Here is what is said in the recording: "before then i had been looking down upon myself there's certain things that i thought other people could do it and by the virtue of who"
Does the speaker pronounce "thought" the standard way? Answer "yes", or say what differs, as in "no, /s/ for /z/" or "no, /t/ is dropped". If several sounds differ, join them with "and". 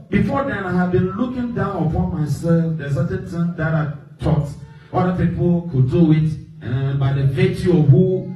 no, /t/ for /θ/